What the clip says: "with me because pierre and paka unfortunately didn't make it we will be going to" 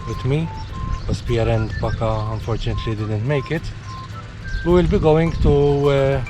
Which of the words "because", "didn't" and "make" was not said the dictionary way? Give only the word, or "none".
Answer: because